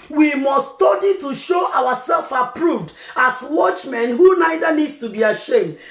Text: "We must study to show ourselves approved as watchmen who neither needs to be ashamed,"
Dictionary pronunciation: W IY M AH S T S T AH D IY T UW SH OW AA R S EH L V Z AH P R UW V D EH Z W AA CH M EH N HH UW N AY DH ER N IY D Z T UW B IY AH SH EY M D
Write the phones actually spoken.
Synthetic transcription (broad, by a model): W IY M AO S S T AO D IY T UW SH OW AA W S EH L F AH P R UW V D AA S W AA CH M EH N HH UW N AY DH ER N IY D S T UW B IY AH SH EY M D